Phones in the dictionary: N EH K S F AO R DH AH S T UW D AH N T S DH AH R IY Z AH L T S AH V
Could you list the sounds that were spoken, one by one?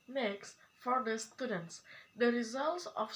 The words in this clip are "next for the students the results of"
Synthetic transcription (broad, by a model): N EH K S F AO R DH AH S T UW D AH N T S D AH R IY Z AH L T S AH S